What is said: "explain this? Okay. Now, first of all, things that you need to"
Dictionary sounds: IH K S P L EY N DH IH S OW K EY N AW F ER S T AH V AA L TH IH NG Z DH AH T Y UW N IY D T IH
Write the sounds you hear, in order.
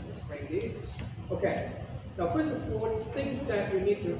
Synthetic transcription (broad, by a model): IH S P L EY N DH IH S OW K EY N AW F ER S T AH P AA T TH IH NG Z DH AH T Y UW N IY D T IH